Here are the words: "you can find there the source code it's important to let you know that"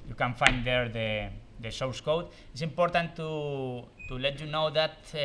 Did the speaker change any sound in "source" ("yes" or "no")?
yes